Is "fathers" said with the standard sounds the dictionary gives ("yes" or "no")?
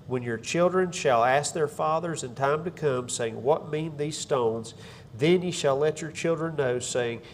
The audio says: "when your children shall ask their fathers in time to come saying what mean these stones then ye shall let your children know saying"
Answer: yes